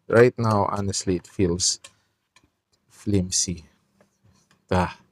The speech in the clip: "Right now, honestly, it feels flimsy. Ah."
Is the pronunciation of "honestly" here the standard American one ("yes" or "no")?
yes